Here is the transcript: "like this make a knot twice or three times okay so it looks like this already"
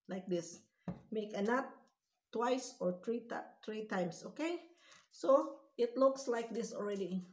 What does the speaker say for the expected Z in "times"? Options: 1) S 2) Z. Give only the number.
1